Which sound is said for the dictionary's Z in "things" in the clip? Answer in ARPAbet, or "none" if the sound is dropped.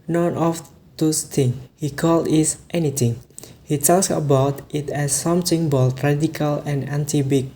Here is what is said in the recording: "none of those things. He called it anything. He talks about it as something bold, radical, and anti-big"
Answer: none